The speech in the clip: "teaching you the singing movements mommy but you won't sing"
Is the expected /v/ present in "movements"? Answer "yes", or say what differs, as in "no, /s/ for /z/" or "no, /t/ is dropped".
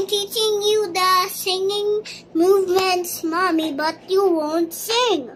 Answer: yes